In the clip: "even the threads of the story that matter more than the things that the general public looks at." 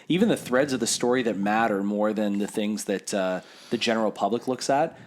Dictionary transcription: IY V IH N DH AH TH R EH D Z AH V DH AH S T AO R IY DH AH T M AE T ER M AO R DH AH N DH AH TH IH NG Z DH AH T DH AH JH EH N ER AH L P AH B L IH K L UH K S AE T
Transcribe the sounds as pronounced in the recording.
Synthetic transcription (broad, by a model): IY V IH N DH AH TH R EH D Z AH V DH AH S T AO R IY DH AH T M AE T ER M AO R DH AH N DH AH TH IH NG Z DH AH T DH AH JH EH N ER L P AH B L IH K L UH K S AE T